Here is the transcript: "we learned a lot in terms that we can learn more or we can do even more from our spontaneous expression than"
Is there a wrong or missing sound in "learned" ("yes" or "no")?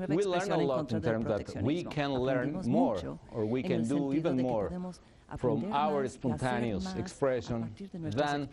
yes